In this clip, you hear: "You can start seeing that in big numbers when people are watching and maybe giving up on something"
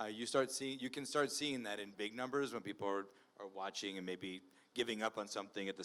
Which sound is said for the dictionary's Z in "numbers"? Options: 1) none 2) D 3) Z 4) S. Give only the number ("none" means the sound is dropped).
3